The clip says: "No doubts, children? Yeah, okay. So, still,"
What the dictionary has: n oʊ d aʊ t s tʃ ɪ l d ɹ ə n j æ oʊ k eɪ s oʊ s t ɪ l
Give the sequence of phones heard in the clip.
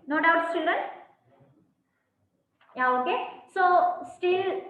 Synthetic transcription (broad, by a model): n oʊ d aʊ t s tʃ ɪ d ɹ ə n j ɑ oʊ k eɪ s oʊ s t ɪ l